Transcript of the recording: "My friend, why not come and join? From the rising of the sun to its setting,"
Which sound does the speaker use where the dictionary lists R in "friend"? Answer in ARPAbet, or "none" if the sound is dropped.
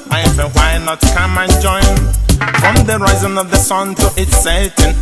none